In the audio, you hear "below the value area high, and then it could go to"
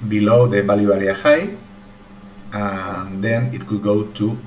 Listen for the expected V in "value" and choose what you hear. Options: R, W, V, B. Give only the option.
B